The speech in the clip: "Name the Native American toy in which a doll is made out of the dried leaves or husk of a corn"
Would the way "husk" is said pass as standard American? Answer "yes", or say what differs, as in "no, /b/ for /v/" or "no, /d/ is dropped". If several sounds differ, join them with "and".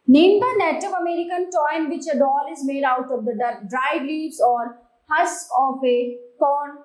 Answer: no, /k/ is dropped